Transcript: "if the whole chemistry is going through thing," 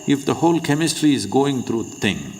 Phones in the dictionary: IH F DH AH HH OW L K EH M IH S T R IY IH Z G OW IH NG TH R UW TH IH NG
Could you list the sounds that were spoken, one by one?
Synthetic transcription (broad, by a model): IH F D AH HH OW L K EH M IH S T R IY IH Z G OW IH NG T R UW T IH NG